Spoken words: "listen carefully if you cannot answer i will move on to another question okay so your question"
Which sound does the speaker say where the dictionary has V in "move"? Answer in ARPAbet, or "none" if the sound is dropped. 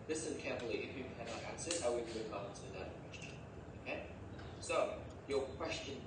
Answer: none